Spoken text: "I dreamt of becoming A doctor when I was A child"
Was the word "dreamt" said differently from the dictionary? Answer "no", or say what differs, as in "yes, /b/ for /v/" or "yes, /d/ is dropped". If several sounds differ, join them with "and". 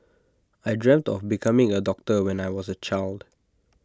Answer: no